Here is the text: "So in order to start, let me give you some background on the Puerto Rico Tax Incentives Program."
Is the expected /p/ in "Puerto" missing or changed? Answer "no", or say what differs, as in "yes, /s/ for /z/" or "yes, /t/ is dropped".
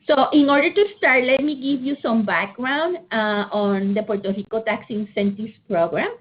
no